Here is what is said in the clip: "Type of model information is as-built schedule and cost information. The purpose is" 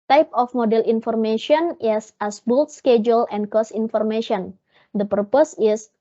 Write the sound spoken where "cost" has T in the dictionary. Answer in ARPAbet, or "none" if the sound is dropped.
none